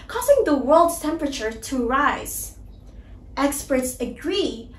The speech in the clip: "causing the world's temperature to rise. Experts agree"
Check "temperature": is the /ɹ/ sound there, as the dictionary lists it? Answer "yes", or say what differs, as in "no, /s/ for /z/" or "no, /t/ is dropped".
yes